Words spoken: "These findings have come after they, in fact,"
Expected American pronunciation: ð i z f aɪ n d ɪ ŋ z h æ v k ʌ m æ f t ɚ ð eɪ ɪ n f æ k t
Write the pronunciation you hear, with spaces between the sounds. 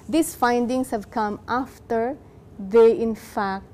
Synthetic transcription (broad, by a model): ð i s f aɪ n d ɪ ŋ s h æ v k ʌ m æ f t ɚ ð eɪ ɪ n f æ k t